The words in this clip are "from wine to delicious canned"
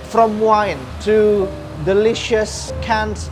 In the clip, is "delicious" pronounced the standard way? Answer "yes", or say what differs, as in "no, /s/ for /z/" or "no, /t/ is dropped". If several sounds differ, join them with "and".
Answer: yes